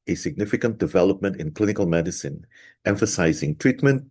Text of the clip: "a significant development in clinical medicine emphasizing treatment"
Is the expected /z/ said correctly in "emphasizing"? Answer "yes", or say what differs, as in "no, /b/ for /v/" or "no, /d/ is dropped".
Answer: yes